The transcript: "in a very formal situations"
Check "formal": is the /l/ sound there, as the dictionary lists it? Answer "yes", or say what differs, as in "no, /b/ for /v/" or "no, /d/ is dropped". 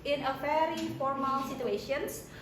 yes